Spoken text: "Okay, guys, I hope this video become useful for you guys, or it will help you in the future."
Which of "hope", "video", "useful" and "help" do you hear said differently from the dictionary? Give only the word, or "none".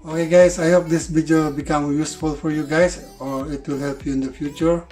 video